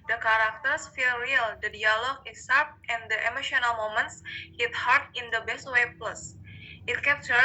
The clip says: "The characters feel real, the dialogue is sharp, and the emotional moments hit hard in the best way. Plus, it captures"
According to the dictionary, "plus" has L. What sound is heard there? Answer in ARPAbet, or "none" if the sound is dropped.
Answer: L